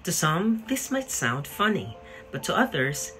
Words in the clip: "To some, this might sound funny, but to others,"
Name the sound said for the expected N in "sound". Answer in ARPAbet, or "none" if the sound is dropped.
N